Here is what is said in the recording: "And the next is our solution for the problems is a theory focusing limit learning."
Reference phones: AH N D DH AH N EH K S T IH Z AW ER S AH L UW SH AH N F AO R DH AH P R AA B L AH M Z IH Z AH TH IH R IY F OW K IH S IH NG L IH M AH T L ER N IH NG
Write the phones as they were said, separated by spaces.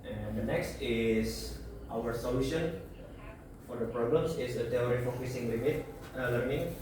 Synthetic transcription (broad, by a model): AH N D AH N EH K S T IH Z AW ER S AH L UW SH AH N F AO R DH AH P R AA B L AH M S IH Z AH T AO R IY F OW K IH S IH NG L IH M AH T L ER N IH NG